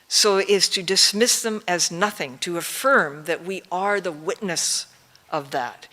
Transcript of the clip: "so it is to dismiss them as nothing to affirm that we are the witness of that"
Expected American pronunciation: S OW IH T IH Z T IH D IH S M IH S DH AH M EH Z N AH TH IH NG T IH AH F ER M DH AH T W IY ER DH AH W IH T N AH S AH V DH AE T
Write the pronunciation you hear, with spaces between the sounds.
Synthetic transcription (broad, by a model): S OW IH T IH Z T IH D IH S M IH S DH AH M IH Z N AH TH IH NG T IH AH F ER M DH AH T W IY ER DH AH W IH T N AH S AH V DH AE T